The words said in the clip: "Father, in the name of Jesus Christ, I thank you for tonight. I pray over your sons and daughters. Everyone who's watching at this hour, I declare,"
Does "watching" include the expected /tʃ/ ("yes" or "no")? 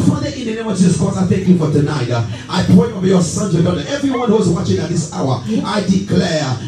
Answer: yes